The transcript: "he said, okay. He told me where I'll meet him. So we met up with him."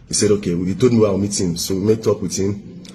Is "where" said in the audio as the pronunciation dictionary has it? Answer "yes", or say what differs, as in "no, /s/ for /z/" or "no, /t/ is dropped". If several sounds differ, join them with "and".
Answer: no, /w/ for /ɹ/